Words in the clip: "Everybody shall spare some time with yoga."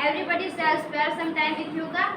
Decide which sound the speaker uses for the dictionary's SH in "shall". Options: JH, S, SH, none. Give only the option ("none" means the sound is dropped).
S